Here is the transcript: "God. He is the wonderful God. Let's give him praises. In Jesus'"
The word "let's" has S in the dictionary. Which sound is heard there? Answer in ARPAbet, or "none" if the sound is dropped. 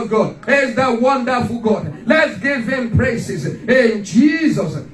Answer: S